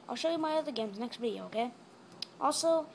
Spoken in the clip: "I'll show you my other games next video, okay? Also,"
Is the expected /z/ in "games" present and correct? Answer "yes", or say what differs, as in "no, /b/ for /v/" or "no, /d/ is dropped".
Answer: yes